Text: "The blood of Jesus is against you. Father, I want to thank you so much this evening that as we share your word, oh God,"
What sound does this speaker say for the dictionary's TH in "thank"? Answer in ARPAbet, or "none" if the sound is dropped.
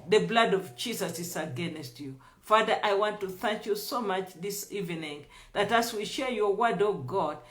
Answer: TH